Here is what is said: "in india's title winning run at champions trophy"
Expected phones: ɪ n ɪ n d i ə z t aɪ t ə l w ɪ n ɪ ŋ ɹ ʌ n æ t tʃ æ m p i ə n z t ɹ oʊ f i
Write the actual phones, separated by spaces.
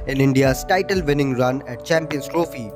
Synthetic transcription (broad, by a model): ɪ n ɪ n d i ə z t aɪ t ə l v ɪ n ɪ ŋ ɹ ʌ n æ t tʃ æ m p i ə n s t ɹ oʊ f i